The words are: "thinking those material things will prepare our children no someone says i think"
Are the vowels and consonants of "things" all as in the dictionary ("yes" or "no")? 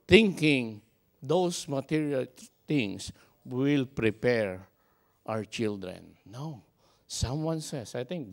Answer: no